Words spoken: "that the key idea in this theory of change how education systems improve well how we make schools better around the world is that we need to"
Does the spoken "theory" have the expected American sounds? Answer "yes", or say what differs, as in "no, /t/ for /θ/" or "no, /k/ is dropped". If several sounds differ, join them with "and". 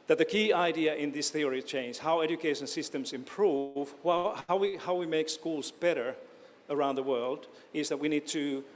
yes